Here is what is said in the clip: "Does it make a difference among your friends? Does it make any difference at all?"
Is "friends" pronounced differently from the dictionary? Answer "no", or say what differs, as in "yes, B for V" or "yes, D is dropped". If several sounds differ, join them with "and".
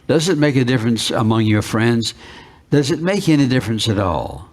no